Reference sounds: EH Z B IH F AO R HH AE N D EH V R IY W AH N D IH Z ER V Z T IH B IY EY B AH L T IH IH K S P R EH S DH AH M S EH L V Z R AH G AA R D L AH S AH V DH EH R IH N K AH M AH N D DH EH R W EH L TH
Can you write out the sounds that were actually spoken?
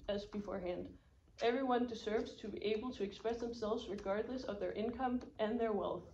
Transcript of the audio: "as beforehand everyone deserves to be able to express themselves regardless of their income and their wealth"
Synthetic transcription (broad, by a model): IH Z B IH F AO R HH AE N D EH V R IY W AH N D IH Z ER V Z T IH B IY EY B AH L T IH IH K S P R EH S DH AH M S EH L V Z R AH G AA R D L AH S AH V DH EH R IH N K AH M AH N DH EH R W EH L TH